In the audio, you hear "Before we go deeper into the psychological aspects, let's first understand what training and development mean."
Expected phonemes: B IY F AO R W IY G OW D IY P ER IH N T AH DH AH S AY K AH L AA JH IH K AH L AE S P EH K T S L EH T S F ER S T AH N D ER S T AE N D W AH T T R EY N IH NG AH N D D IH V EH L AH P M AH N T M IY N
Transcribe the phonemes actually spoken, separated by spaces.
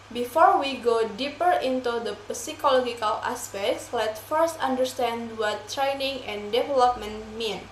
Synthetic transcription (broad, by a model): B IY F AO R W IY G OW D IY P ER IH N T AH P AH S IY K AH L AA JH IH K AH L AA S P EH K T S L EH T F ER S T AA N D ER S T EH N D W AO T T R EY N IH NG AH N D D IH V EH L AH P M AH N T M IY N